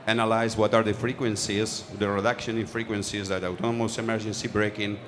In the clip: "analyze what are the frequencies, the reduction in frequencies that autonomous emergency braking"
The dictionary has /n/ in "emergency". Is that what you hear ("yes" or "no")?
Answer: yes